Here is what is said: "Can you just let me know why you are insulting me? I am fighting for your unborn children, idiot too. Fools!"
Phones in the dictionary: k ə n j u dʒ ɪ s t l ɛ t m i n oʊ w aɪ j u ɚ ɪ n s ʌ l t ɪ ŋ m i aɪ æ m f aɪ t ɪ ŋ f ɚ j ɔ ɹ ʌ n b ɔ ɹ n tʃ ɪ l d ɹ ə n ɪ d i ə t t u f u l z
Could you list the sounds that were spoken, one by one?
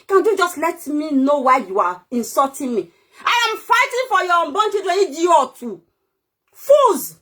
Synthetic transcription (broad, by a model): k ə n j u dʒ ɪ s t l ɛ t m i n oʊ w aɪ j u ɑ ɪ n s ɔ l t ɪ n m i aɪ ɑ m f aɪ t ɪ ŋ f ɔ j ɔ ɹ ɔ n b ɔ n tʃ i d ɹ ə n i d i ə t t u f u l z